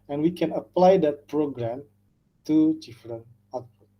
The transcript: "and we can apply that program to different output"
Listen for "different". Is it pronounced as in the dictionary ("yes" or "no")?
no